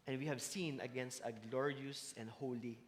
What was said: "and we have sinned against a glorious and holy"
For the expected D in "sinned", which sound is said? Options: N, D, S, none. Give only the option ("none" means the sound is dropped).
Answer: none